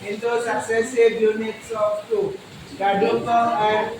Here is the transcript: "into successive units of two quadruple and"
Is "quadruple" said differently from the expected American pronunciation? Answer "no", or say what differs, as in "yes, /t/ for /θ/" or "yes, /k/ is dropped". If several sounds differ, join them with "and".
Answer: yes, /ɹ/ is dropped